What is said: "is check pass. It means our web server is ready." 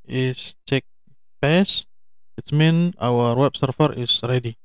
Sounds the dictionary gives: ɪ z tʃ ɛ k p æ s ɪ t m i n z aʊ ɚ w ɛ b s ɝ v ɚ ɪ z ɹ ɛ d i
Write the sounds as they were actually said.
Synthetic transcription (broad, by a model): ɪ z tʃ ɛ k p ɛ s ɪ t m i n aʊ ɚ w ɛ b s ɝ f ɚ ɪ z ɹ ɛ d i